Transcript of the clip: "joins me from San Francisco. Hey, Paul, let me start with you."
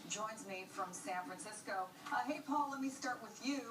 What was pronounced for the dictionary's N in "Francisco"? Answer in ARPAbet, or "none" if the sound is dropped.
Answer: N